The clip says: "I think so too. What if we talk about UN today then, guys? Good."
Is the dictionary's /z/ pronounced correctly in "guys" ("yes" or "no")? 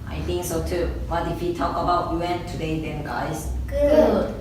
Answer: no